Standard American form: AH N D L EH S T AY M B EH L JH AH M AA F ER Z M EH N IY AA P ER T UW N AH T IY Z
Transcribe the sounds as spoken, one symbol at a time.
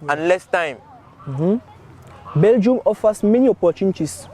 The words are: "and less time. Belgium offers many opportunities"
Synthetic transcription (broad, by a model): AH N L EH S T AY M B EH L JH AH M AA F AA S M EH N IY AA P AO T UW N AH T IY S